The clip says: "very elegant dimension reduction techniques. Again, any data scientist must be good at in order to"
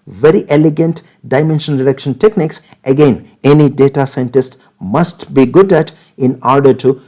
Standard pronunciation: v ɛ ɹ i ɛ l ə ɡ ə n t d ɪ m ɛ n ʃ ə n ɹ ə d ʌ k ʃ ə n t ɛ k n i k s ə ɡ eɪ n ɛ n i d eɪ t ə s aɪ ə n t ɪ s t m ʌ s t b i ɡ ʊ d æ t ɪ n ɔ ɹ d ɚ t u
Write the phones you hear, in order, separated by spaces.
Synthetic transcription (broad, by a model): v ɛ ɹ i ɛ l ə ɡ ə n t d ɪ m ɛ n ʃ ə n ɹ ə d ʌ k ʃ ə n t ɛ k n i k s ə ɡ eɪ n ɛ n i d eɪ t ə s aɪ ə n t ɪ s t m ʌ s t b i ɡ ʊ d æ t ɪ n ɔ ɹ d ɚ t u